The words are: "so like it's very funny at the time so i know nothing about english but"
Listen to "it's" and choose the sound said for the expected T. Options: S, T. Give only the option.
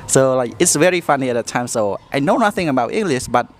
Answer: T